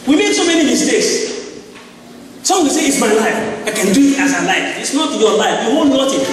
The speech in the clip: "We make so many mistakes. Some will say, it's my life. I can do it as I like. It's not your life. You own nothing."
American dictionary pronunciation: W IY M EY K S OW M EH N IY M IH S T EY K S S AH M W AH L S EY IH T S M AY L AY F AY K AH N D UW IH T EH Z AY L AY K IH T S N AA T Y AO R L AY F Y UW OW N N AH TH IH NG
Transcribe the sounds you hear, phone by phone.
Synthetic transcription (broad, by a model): W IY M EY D S OW M EH N IY M IH S T EY K S S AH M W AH W S EY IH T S M AY L AY F AY K AH N D UW IH T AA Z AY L AY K IH T S N AA T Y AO L AY F Y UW OW L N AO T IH